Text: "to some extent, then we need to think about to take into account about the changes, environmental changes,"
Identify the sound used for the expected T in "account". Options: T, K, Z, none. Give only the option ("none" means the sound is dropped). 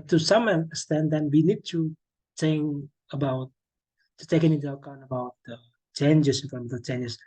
none